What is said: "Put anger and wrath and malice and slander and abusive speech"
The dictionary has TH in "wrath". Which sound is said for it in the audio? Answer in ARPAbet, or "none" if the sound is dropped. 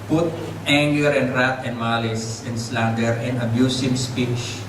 T